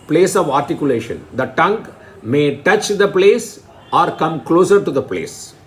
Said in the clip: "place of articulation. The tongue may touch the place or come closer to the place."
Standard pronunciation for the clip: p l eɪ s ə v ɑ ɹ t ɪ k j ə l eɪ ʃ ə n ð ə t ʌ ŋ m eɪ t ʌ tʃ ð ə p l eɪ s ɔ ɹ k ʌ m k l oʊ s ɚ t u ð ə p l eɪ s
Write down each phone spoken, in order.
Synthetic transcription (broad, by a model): p l eɪ s ə v ɑ ɹ t ɪ k j ə l eɪ ʃ ə n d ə t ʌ ŋ m eɪ t ʌ tʃ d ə p l eɪ s ɔ ɹ k ʌ m k l oʊ s ɚ t u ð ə p l eɪ s